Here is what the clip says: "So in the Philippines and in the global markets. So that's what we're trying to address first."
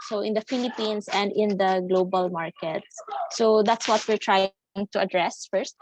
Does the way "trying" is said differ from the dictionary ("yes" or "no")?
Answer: no